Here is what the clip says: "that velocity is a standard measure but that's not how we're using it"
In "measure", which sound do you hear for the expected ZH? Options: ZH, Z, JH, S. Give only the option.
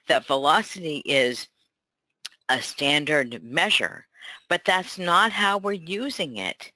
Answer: ZH